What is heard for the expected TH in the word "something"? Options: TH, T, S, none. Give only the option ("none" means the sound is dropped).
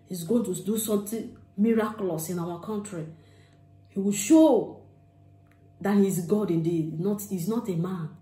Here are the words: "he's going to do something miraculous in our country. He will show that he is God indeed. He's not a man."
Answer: T